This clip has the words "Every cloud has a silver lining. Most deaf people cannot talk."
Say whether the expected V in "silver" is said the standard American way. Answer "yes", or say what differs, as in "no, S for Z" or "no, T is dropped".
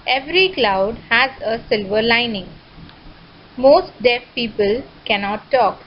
yes